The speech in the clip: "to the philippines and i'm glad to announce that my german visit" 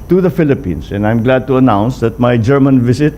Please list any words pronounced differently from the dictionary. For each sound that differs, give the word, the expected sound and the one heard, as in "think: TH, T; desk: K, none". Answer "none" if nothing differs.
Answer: philippines: Z, S